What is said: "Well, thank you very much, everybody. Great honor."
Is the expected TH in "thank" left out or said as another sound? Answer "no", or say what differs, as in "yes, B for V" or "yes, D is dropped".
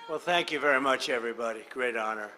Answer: no